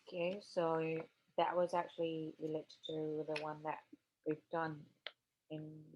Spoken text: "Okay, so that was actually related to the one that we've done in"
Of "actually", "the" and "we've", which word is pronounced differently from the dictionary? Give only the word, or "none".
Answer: none